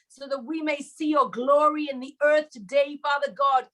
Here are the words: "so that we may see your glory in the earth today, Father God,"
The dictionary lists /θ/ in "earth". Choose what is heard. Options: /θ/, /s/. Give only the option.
/θ/